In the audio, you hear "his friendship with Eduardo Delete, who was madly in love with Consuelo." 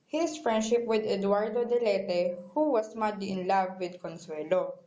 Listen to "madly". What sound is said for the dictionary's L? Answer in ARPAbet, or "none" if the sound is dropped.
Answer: none